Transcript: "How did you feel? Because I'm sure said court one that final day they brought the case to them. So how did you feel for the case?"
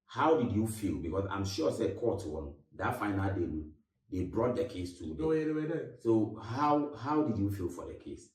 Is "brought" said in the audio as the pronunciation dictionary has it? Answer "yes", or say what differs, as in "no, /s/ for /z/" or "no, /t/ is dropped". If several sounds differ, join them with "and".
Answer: yes